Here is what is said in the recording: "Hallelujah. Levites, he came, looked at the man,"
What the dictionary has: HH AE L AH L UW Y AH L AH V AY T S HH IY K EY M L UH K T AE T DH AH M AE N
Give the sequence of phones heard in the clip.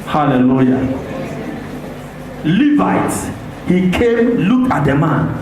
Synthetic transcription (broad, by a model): HH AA L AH L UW Y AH L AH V AY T HH IY K EY M L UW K AA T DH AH M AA N